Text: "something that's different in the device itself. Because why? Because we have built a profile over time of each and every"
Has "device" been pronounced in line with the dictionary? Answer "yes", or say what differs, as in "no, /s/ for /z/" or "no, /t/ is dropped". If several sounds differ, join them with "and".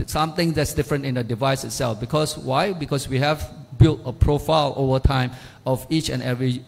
yes